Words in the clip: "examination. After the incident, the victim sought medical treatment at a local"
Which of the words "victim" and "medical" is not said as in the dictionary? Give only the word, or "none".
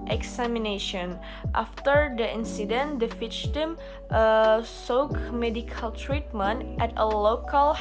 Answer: victim